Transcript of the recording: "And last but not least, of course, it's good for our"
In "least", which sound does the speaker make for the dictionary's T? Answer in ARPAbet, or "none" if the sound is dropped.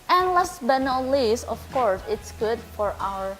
none